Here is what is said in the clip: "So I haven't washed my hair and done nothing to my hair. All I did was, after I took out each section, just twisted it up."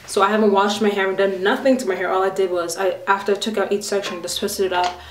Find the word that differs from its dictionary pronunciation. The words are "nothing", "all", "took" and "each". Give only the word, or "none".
none